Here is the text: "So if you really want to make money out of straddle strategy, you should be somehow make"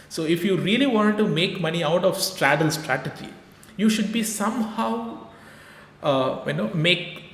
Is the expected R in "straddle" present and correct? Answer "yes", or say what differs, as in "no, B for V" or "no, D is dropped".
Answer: yes